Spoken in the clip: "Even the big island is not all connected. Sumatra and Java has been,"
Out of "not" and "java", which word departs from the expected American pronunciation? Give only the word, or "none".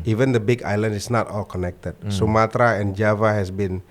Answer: none